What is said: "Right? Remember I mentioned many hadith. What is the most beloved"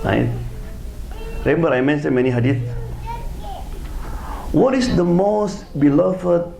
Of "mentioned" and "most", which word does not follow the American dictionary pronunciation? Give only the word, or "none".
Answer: mentioned